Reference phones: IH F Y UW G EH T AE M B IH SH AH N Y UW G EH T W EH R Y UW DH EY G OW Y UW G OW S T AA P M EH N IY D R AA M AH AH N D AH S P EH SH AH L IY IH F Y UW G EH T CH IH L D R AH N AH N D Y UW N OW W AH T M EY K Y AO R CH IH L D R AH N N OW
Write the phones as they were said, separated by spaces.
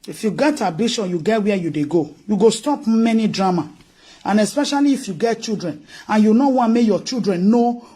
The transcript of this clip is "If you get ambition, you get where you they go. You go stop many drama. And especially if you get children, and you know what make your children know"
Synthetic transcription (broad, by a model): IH F Y UW G EH T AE B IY SH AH N Y UW G EH T W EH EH Y UW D EY G OW Y UW G OW S T AA P M EH N IY D R AA M AH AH N AH S P EH SH AH L IY IH F Y UW G EH T CH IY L D R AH N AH N Y UW N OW W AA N M EY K Y AO CH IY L D R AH N N OW